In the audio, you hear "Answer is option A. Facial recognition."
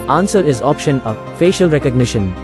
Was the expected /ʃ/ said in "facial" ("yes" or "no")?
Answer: yes